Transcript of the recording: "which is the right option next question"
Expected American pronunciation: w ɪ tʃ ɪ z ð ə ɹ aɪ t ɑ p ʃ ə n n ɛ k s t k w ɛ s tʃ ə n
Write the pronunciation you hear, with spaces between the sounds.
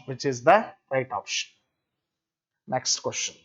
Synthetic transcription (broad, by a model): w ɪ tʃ ɪ z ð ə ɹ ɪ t ɑ p ʃ ə n n ɛ k s t k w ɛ s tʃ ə n